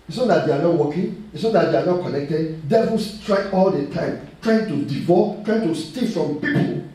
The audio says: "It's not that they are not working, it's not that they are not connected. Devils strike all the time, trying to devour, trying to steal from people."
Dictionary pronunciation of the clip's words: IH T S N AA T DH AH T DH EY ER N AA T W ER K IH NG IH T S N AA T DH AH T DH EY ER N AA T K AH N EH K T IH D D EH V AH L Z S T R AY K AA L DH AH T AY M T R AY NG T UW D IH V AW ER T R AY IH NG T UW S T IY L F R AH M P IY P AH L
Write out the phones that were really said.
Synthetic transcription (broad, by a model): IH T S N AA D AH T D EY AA N AA T W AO K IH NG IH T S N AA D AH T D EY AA N AA T K AH N EH K T IH D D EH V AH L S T R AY AA L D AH T AY M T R AY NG T UW D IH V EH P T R AY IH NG T UW S T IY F R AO M P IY P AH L